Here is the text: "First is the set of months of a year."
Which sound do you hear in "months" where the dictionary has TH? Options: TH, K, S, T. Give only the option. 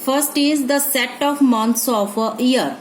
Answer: T